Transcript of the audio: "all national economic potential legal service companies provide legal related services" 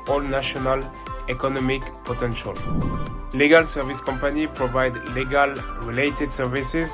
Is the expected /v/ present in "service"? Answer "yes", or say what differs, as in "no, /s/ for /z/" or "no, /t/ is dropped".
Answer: yes